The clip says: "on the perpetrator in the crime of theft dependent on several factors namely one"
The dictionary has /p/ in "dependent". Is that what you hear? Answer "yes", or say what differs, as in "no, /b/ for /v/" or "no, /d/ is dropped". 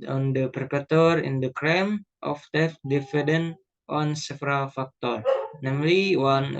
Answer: no, /f/ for /p/